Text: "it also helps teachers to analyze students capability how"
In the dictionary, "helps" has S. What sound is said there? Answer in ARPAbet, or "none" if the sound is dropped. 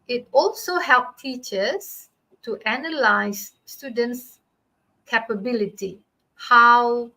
none